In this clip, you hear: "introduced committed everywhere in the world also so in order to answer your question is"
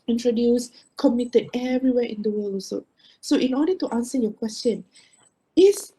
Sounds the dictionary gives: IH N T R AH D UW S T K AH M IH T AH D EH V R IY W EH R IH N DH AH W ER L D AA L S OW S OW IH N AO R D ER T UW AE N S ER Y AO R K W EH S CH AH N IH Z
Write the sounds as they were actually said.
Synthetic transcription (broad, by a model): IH N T R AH D UW S K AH M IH T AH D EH V R IY W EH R IH N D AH W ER L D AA S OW S OW IH N AO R D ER T UW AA N S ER Y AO K W EH S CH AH N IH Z